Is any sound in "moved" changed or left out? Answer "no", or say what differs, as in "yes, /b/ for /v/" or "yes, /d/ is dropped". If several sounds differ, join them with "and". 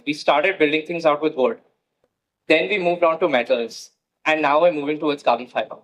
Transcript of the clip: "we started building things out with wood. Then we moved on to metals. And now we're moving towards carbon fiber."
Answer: no